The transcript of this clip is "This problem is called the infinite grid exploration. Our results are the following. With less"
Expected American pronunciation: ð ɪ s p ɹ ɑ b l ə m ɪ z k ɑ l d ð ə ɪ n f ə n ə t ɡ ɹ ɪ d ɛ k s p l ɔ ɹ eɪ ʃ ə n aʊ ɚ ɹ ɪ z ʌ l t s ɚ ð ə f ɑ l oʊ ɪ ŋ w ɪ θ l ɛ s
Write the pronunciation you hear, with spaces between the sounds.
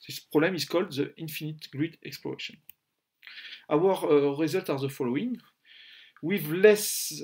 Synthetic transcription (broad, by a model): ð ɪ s p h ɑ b l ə m ɪ z k ɑ l d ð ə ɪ n f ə n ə t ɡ ɹ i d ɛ k s p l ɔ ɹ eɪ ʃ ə n aʊ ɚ ɹ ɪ z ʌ l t ɑ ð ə f ɑ l oʊ ɪ ŋ w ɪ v l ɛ s